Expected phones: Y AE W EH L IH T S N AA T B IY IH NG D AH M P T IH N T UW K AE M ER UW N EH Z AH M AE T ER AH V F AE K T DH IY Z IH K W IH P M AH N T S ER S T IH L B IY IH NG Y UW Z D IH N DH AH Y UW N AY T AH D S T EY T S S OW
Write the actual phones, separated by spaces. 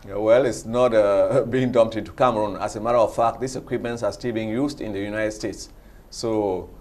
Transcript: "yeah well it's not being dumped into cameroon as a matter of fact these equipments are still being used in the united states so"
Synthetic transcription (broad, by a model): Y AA W EH L IH T S N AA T B IY IH NG D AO M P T IH N T UW K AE M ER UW N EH S AH M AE T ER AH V F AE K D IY S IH K W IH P M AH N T S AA S T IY L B IY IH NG Y UW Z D IH N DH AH Y UW N AY T AH D S T EY T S S OW